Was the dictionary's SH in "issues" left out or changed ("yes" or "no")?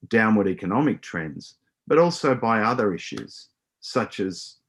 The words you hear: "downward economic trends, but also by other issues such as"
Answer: no